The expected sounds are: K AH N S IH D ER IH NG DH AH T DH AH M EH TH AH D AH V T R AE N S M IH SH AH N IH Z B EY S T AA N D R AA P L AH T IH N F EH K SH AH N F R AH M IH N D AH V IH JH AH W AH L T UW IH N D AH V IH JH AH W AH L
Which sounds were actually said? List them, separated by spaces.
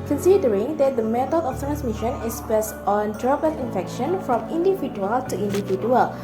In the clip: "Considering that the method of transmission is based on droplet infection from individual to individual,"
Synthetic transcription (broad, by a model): K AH N S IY D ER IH NG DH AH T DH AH M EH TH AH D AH F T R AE N S M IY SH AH N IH S B EY S T AA N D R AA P AH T IH N F EH K SH AH N F R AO M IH N D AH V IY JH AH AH L T UW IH N D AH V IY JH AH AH L